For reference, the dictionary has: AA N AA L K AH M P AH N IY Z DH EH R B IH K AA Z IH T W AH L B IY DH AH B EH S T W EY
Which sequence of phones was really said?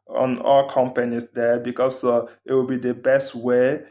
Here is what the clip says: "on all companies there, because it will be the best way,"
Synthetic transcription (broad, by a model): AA N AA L K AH M P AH N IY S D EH B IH K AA S IH T W AH L B IY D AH B EH S T W EY